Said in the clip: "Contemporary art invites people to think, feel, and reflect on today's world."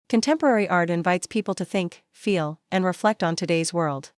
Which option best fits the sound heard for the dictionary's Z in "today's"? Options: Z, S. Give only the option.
Z